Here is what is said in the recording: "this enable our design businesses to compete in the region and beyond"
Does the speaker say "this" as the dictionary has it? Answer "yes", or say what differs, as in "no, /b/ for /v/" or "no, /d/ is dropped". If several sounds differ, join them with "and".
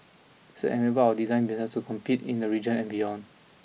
no, /s/ is dropped